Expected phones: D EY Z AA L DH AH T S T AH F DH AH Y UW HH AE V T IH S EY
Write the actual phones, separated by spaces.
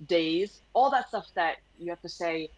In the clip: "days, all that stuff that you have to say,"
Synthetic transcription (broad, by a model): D EY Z AA L DH AH T S T AH F DH AH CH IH HH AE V T IH S EY